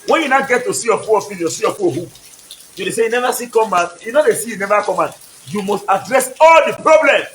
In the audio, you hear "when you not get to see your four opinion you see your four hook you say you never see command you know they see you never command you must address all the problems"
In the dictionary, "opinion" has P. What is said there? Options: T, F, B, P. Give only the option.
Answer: F